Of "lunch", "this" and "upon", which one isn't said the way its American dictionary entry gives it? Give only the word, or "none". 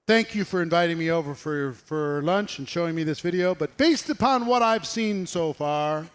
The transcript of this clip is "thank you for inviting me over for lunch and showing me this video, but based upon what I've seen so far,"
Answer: none